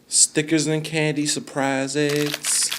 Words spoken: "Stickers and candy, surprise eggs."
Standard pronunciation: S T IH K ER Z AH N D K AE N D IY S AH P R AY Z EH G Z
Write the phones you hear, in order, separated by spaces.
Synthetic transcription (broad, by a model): S T IH K ER Z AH N K AE N D IY S AH P R AY Z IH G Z